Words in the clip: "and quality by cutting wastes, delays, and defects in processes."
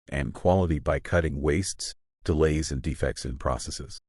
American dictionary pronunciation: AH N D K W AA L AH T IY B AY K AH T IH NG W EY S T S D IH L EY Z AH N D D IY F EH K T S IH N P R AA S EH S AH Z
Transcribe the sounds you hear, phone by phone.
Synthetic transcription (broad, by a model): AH N K W AA L AH T IY B AY K AH T IH NG W EY S T S D IH L EY Z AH N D D IY F EH K T S IH N P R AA S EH S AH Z